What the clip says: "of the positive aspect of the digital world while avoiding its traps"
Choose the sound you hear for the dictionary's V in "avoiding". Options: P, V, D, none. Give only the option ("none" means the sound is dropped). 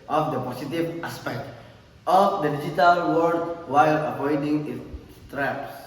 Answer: P